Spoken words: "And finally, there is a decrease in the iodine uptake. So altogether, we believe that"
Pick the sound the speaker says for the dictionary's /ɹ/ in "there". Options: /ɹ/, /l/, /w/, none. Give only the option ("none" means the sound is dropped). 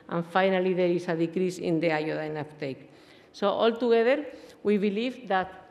/ɹ/